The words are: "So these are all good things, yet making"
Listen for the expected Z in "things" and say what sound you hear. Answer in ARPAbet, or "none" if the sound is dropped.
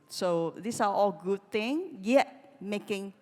none